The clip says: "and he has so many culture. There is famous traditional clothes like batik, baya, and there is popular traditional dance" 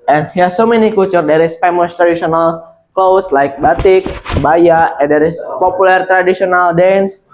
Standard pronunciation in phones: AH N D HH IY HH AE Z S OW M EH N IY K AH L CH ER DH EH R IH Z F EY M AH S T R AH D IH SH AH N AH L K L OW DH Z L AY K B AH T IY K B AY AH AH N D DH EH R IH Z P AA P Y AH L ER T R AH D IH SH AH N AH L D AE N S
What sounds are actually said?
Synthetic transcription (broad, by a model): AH N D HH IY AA S OW M EH N IY K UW CH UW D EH R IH S F EY M AH S T R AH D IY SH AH N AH L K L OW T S L AY K B AH T IY K B AY AH AH N D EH R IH S P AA P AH L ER T R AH D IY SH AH N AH L D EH N S